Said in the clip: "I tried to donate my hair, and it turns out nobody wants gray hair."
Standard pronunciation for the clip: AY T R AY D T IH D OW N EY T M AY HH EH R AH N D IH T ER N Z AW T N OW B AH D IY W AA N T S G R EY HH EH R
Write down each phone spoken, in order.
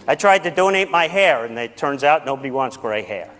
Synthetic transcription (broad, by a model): AY T R AY D T IH D OW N EY T M AY HH EH R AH N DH IH T ER N Z AW T N OW B AH D IY W AA N T S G R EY HH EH R